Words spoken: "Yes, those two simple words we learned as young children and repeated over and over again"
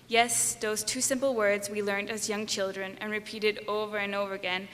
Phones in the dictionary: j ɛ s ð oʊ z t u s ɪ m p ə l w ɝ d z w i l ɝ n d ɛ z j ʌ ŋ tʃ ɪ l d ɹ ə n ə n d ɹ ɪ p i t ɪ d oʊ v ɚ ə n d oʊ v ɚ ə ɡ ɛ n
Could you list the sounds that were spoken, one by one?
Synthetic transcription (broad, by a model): j ɛ s ð oʊ z t u s ɪ m p l w ɝ d z w i l ɝ n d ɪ z j ʌ ŋ tʃ ɪ l d ɹ ə n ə n ɹ ɪ p i t ɪ d oʊ v ɚ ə n oʊ v ɚ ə ɡ ɛ n